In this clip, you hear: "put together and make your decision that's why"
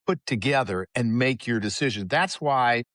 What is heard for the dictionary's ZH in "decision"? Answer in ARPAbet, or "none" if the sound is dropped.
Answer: ZH